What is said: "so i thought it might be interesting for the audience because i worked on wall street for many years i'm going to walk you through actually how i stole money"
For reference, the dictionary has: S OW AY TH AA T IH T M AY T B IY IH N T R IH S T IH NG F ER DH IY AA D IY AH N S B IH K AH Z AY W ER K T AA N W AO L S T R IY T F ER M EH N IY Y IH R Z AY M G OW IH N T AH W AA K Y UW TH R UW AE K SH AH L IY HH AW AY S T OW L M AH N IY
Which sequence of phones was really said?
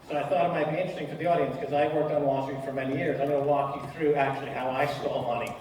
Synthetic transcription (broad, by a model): S OW AY TH AA T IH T M AY T B IY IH N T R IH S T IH NG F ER DH IY AA D IY AH N S K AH Z AY W ER K T N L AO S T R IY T F ER M EH N IY Y IH R Z AY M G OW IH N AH W AA K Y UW TH R UW AE K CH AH L IY HH AW AY S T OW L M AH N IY